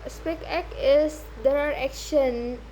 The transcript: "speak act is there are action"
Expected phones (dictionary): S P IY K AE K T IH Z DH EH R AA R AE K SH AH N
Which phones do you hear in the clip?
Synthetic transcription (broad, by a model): S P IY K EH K IH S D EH R AA R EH K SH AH N